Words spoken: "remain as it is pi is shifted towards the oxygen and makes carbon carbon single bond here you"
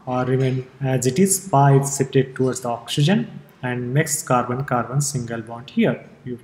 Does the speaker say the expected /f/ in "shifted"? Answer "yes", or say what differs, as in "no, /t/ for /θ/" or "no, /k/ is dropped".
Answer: no, /p/ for /f/